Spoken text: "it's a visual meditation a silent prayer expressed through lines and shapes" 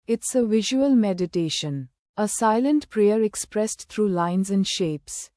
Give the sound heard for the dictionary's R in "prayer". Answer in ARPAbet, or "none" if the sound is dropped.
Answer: R